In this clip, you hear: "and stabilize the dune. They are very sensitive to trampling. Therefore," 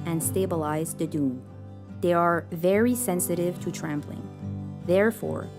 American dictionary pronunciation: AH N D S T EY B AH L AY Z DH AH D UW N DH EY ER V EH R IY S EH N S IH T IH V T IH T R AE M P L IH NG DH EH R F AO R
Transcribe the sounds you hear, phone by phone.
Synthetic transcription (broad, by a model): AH N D S T EY B AH L AY Z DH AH D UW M DH EY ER V EH R IY S EH N S IH T IH V T IH T R AE M P L IH NG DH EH R F AO R